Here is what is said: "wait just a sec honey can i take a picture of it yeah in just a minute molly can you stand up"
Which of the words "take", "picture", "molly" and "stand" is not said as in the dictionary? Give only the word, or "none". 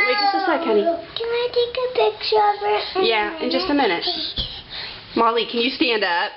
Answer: picture